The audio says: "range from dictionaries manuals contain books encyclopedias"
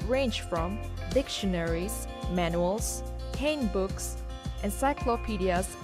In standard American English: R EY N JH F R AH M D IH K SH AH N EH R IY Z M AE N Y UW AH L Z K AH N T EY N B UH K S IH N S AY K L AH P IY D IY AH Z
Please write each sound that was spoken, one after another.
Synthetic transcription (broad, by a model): R EY N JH F R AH M D IH K SH AH N EH R IY Z M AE N Y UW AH L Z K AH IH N B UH K S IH N S AY K L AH P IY D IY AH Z